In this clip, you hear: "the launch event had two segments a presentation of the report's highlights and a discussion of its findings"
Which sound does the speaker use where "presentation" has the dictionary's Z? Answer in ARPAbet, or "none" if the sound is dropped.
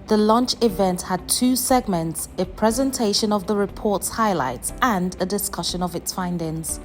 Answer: Z